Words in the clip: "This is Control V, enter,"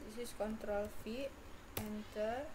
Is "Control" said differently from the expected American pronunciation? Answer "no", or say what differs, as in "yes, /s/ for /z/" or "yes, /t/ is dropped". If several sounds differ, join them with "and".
no